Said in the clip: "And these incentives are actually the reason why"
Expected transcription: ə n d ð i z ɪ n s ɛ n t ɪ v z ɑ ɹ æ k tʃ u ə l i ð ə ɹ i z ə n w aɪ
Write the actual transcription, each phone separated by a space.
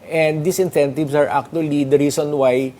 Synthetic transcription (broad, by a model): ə n d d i s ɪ n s ɛ n t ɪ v s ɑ ɹ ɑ k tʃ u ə l i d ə ɹ i s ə n w aɪ